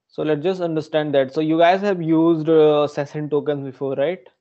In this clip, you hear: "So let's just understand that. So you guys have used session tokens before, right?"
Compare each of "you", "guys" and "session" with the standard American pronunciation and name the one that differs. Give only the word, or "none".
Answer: session